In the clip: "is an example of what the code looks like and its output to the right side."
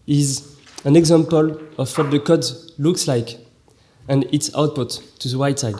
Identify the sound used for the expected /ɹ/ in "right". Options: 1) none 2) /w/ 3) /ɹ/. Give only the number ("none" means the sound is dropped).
2